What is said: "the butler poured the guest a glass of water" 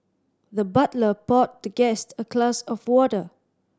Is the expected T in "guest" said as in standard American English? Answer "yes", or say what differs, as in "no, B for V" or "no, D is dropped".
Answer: yes